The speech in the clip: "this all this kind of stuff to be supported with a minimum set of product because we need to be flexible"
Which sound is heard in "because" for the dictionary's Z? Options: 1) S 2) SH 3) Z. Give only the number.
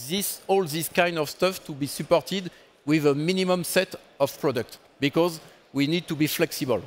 3